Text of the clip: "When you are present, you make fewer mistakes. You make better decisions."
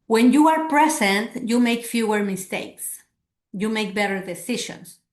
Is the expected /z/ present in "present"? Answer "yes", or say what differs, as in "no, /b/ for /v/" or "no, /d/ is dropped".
no, /s/ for /z/